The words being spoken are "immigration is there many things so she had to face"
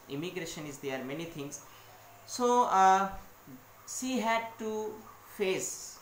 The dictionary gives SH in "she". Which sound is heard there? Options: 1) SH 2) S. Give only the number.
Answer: 2